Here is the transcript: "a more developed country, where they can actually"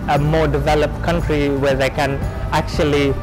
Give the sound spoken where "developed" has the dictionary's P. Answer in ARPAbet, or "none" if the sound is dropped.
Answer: P